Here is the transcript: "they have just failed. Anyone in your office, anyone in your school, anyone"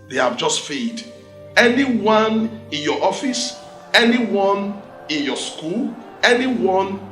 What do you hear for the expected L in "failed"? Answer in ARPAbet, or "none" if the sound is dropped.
none